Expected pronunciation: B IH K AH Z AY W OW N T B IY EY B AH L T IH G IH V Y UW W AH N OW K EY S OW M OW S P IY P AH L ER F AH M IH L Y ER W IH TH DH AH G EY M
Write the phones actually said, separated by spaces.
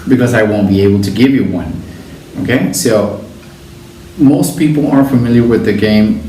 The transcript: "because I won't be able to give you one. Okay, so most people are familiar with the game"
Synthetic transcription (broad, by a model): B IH K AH Z AY W OW N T B IY EY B L T IH G IH V Y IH W AH N OW K EY S OW M OW S P IY P L ER F AH M IH L Y ER W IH DH AH G EY M